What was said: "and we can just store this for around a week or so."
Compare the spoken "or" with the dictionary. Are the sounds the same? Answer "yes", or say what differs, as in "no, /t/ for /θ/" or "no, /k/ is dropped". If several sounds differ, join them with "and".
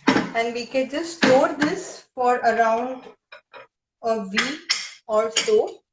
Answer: no, /l/ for /ɹ/